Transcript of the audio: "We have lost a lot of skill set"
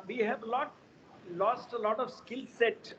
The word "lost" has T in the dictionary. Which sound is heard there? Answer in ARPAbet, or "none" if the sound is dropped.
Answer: T